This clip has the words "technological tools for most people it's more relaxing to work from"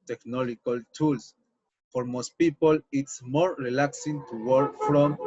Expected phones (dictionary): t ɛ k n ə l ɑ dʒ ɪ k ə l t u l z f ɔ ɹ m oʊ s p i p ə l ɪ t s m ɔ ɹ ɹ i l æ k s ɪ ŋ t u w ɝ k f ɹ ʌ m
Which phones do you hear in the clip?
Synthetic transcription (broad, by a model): t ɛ k n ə l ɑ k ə l t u l s f ɔ ɹ m oʊ s p i p ə l ɪ t s m ɔ ɹ ɹ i l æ k s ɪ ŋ t u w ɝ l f ɹ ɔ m